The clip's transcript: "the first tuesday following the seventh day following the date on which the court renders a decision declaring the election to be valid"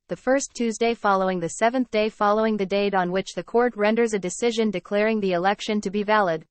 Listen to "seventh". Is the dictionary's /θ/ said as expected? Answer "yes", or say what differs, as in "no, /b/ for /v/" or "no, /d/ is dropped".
yes